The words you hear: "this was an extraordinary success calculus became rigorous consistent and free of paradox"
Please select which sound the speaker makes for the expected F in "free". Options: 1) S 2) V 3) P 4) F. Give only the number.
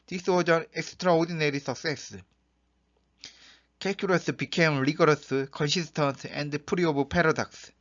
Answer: 3